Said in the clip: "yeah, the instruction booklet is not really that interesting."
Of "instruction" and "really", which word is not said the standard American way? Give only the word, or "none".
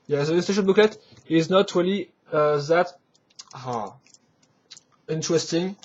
instruction